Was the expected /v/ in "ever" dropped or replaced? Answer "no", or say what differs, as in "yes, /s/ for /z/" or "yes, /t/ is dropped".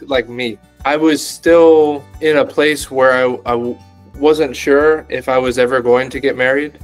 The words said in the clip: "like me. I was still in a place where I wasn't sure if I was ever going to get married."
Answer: no